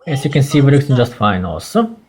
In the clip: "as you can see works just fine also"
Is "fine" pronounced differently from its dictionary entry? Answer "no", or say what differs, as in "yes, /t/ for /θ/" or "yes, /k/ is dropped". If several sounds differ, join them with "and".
no